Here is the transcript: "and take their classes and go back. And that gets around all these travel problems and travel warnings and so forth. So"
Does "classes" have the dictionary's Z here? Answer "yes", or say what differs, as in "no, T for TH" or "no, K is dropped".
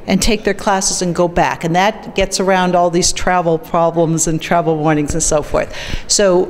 yes